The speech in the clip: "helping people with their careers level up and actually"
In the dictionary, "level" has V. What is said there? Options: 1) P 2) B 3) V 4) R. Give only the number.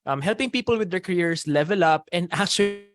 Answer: 3